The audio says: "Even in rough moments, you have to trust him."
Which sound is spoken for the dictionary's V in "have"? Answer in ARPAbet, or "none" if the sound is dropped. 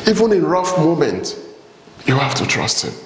F